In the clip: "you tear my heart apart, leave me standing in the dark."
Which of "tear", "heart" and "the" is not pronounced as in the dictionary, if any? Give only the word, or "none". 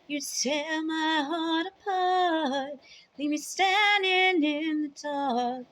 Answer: tear